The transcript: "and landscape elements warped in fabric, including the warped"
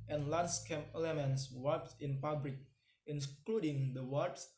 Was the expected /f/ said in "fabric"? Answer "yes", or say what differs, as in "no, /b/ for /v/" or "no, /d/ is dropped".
no, /p/ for /f/